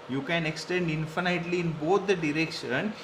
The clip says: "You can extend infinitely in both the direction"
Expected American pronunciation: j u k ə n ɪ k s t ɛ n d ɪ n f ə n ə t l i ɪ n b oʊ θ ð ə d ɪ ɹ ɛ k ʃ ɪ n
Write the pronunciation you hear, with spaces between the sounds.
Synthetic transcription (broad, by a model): j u k ə n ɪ k s t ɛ n d ɪ n f ə n ə t l i ɪ n b oʊ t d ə d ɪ ɹ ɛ k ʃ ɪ n